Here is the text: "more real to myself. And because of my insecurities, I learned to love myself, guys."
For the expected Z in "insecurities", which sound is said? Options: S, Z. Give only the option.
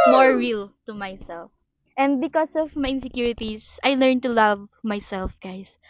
S